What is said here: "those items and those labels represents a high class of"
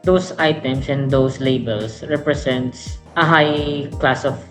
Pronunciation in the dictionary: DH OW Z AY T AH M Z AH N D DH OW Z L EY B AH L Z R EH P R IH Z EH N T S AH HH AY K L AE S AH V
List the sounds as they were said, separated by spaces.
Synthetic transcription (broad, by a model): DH OW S AY T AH M S AH N D OW S L EY B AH L S R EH P R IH S EH N T S AH HH AY K L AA S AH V